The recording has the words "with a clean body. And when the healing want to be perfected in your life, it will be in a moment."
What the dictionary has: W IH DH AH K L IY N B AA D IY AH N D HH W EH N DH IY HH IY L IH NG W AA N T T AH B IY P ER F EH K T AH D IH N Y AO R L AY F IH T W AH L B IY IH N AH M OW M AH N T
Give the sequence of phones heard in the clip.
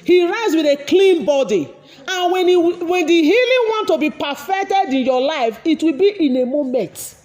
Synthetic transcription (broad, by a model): W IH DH AH K L IY N B AA D IY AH N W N W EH N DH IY HH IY L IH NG W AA N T T AH B IY P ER F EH K T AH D IH N Y AO L AY F IH T W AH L B IY IH N AH M OW M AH N T